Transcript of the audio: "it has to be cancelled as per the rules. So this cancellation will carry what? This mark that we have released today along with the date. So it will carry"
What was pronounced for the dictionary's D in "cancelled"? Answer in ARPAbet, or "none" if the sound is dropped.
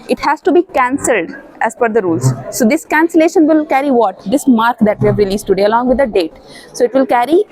D